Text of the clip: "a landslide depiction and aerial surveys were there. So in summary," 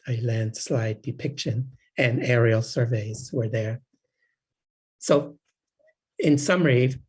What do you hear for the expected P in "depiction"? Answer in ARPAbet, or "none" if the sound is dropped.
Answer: P